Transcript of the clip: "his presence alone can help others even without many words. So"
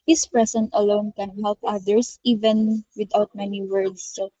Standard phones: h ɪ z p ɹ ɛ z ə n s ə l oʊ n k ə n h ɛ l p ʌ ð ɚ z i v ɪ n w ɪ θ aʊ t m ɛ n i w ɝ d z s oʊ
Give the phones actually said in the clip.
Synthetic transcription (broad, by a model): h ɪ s p ɹ ɛ s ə n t ə l oʊ n k ə n h ɛ l p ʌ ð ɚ s i v ɪ n w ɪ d aʊ t m ɛ n i w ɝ d s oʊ